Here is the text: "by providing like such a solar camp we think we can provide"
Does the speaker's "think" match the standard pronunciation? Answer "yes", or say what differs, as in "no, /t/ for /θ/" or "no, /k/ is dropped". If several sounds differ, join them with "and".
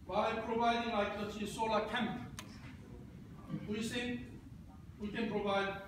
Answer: no, /s/ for /θ/